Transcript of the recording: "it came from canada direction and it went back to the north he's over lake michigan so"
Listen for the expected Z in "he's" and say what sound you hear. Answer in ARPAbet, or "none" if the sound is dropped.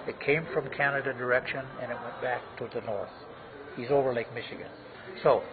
Z